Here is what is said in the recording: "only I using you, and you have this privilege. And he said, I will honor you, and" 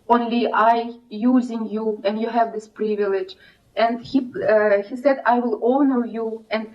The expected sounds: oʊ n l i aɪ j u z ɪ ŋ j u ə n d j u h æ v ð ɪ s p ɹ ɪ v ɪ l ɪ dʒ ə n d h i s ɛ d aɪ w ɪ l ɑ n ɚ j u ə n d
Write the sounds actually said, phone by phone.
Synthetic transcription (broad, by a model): oʊ n l i aɪ j u z ɪ ŋ j u ə n d j u h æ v ð ɪ s p ɹ ɪ v ɪ l ɪ dʒ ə n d h i s ɛ d aɪ w ɪ l ɑ n ɚ j u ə n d